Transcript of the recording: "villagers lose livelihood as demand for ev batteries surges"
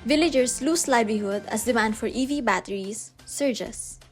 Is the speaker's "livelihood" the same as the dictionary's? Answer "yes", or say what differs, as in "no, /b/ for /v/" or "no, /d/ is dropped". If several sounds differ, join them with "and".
no, /b/ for /v/